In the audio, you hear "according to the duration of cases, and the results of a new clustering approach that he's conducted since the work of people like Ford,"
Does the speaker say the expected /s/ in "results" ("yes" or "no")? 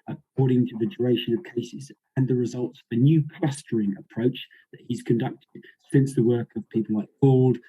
yes